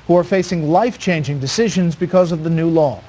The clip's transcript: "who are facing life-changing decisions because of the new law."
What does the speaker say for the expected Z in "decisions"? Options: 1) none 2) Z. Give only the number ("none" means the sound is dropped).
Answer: 2